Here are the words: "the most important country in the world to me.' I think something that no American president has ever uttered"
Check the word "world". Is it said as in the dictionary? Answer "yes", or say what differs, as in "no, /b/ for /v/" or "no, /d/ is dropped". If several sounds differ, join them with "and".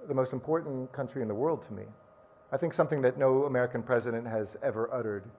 yes